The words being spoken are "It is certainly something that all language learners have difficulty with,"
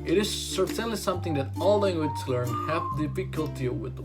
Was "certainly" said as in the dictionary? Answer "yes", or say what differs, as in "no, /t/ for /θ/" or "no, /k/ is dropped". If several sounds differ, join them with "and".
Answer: no, /s/ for /t/